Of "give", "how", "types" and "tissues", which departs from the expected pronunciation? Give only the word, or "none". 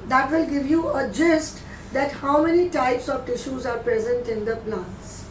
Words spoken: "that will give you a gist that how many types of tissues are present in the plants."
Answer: none